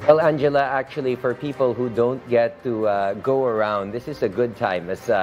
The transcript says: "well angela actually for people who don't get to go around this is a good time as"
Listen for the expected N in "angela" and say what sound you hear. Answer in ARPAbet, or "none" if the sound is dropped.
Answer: N